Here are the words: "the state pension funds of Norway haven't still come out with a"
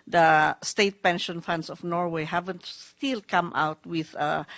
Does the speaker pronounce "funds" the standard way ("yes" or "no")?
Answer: no